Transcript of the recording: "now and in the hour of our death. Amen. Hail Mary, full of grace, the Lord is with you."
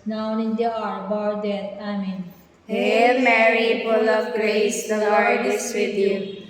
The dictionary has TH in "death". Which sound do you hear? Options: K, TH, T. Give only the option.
T